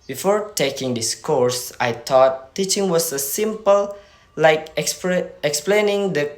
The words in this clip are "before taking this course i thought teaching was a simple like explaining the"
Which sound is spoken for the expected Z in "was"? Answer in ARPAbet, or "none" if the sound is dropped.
S